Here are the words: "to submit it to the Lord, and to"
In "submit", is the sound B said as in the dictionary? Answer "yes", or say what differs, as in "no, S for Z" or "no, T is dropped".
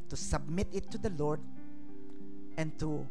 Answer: yes